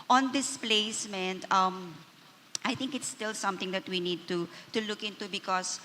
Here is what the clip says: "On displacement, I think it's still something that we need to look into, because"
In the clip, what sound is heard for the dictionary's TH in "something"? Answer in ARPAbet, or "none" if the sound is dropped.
T